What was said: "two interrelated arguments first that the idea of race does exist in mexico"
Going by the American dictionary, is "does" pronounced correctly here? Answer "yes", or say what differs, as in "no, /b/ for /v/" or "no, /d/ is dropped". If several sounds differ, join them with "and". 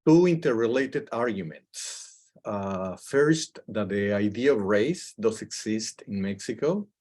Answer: no, /s/ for /z/